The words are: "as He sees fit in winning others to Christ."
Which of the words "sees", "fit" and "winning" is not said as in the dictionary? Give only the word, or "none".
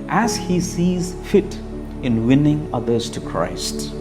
none